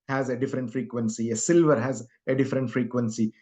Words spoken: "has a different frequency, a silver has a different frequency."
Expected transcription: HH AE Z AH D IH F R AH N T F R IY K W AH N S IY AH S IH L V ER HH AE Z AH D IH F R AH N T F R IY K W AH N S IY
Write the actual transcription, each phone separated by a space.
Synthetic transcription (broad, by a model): HH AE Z AH D IH F R AH N T F R IY K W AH N S IY AH S IH L V ER HH AE Z AH D IH F R AH N T F R IY K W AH N S IY